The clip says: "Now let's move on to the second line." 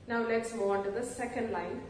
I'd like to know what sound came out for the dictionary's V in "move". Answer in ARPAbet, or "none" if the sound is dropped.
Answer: none